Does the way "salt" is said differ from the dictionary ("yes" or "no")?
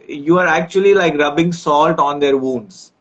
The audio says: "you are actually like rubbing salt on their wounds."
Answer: no